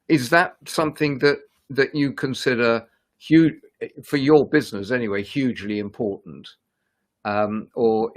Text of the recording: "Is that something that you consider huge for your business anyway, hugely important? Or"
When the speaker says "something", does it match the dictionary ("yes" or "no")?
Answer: yes